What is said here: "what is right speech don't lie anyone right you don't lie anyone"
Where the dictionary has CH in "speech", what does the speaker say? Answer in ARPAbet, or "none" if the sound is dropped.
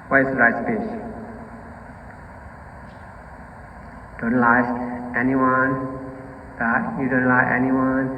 S